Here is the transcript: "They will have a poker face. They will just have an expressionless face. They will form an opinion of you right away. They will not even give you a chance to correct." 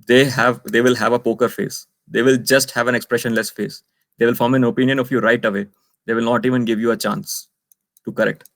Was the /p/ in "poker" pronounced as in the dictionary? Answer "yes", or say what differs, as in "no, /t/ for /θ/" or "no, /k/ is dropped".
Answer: yes